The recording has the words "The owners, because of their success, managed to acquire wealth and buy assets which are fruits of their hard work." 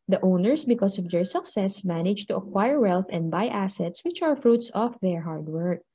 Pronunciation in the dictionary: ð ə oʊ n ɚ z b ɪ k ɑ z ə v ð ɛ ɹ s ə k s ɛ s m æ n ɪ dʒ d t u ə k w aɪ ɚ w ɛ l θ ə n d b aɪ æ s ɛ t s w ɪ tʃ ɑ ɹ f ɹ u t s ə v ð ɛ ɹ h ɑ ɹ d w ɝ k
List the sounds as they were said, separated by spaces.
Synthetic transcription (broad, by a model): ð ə oʊ n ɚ s b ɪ k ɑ s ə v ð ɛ ɹ s ə k s ɛ s m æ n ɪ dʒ t u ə k w aɪ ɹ w ɛ l θ ə n d b aɪ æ s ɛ t s w ɪ tʃ ɑ ɹ f ɹ u t s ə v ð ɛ ɹ h ɑ ɹ d w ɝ k